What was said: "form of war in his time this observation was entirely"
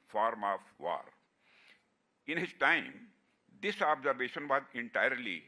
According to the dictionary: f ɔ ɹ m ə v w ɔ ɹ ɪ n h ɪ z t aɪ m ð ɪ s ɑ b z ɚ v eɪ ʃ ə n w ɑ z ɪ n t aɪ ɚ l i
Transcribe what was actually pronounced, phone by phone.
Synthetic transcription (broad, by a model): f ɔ ɹ m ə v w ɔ ɹ ɪ n h ɪ z t aɪ m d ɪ s ɑ b z ɚ v eɪ ʃ ə n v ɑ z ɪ n t aɪ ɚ l i